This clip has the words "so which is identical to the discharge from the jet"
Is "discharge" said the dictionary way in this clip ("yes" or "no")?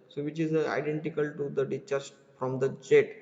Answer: no